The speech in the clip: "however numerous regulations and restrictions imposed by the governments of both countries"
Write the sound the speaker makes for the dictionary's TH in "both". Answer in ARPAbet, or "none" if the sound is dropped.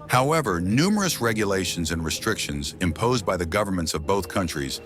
TH